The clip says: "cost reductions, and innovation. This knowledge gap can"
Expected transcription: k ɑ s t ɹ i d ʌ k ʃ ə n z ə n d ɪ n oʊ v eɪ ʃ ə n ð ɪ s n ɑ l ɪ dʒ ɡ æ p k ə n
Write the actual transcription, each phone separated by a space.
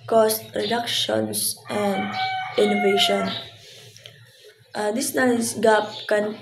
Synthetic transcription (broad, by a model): k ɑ s t ɹ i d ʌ k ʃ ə n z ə n d ɪ n oʊ v eɪ ʃ ə n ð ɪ s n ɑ n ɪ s ɡ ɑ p k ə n